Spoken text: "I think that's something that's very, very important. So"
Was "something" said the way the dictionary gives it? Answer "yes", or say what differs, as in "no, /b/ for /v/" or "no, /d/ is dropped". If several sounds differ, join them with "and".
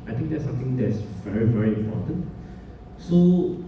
no, /t/ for /θ/